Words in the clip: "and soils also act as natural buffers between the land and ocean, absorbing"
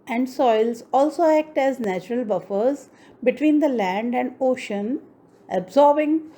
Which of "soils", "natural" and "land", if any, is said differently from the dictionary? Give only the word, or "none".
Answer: none